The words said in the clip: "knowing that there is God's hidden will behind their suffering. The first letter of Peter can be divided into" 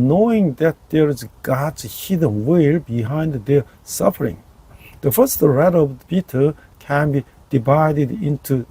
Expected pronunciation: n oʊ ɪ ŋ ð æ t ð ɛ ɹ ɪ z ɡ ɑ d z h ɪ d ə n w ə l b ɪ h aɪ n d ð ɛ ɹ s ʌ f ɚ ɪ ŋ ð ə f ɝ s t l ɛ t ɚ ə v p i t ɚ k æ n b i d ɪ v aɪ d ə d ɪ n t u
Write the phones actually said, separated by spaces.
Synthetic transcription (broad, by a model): n oʊ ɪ ŋ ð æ t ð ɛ ɹ ɪ z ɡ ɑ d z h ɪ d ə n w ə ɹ b ɪ h aɪ n d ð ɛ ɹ s ʌ f ɚ ɪ ŋ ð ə f ɝ s t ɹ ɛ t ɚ ə v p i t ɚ k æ n b i d ɪ v aɪ d ə d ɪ n t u